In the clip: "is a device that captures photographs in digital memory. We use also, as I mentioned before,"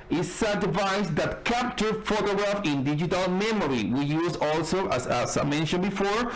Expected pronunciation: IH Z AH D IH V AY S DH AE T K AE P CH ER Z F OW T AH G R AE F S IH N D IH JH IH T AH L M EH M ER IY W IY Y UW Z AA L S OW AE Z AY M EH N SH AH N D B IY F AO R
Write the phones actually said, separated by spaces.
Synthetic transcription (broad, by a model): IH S AH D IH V AY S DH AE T K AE P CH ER F OW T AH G R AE F IH N D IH JH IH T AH L M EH M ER IY W IY Y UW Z AA L S OW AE S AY M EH N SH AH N B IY F AO R